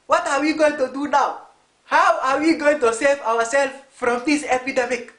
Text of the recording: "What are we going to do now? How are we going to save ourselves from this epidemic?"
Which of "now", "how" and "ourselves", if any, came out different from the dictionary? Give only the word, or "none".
ourselves